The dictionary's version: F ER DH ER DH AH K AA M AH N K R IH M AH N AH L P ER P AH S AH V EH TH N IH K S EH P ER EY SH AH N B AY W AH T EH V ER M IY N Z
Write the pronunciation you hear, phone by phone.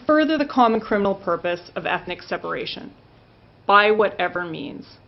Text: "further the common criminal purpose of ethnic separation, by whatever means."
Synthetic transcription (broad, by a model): F ER DH ER DH AH K AA M AH N K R IH M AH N L P ER P AH S AH V EH TH N IH K S EH P ER EY SH AH N B AY W AH T EH V ER M IY N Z